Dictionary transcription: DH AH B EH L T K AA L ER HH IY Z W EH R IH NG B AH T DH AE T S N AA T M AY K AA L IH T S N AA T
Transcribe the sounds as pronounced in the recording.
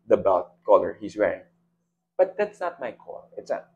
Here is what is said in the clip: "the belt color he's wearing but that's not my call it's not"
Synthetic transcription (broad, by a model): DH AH B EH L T K AA L ER HH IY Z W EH IH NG B AH T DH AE T S N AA T M AY K AA L IH T S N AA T